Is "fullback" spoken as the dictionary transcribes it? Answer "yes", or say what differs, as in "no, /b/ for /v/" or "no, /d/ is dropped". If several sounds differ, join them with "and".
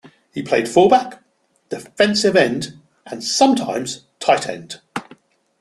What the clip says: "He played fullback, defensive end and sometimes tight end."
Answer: no, /l/ is dropped